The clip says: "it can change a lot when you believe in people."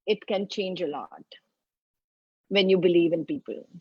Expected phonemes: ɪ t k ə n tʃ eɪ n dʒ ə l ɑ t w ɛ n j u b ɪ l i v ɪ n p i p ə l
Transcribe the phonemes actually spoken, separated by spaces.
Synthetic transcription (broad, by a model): ɪ t k ə n tʃ eɪ n dʒ ə l ɑ t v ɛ n j u b ɪ l i v ɪ n p i p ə l